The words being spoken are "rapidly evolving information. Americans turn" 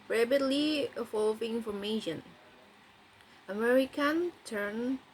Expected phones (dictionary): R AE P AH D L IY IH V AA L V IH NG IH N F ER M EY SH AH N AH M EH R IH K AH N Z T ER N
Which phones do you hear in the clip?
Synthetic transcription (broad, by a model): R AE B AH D L IY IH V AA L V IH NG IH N F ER M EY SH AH N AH M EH R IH K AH N T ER N